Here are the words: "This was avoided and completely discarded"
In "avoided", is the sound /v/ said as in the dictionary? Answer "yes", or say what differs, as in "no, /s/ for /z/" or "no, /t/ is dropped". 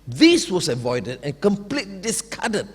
yes